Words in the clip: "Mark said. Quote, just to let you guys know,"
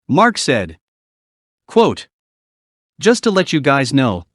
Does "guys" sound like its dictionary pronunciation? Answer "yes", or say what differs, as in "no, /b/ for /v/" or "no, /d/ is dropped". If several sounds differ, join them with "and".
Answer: yes